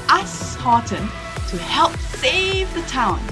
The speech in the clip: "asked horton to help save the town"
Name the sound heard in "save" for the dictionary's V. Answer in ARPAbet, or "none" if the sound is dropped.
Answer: V